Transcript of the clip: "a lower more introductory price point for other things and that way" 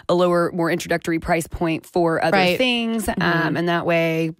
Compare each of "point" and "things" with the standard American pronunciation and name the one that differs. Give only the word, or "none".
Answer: none